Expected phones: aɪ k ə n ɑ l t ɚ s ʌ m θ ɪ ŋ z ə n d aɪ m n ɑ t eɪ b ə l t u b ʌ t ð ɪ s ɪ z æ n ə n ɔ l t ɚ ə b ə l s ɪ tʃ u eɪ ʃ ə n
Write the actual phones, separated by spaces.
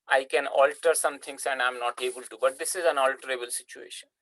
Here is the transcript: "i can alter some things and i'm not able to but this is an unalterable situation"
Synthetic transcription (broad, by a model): aɪ k ə n ɑ l t ɚ s ʌ m t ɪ ŋ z ə n d aɪ m n ɑ t eɪ b ə l t u b ʌ t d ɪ s ɪ z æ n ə n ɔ l t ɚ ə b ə l s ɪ tʃ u eɪ ʃ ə n